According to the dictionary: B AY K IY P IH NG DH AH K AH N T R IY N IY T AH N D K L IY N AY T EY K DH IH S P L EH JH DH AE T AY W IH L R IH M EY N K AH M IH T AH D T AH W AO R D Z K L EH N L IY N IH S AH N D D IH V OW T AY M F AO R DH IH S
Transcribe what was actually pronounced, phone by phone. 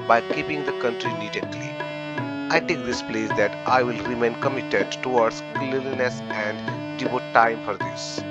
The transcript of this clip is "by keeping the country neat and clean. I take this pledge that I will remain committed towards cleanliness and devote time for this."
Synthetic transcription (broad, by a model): B AY K IY P IH NG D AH K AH N T R IY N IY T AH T L IY AY T EY K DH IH S P L EH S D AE T AY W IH L R IH M EY N K AH M IH T AH D T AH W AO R D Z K L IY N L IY N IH S AH N D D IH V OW T AY M F AO R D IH S